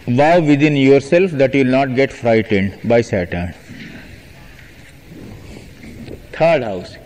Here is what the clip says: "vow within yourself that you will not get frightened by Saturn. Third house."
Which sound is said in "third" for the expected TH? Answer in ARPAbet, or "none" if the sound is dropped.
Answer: T